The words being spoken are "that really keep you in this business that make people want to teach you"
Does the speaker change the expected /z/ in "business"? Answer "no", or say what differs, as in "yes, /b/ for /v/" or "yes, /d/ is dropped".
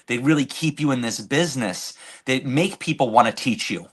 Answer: no